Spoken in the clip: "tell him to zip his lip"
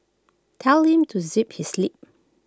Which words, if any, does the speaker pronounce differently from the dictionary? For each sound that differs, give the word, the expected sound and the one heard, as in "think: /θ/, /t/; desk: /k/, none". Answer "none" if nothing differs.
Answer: none